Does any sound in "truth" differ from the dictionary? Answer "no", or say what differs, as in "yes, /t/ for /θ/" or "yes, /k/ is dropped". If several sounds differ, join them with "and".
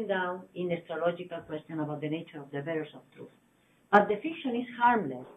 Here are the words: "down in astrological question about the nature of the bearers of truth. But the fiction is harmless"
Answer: no